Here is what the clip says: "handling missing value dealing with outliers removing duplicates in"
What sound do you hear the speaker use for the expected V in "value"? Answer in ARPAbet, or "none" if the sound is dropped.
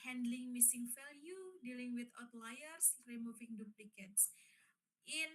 F